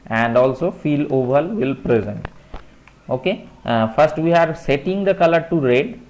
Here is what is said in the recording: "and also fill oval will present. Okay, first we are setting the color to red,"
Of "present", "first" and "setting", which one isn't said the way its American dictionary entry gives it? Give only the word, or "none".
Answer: none